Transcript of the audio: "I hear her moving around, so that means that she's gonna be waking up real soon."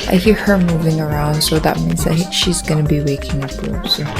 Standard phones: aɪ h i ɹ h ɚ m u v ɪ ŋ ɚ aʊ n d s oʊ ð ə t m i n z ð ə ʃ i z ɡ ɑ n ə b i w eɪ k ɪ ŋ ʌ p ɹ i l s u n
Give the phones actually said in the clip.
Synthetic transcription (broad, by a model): aɪ h i ɹ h ɚ m u v ɪ ŋ ɚ aʊ n d s oʊ ð ə t m i n z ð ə ʃ i z ɡ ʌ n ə b i w eɪ k ɪ ŋ ʌ p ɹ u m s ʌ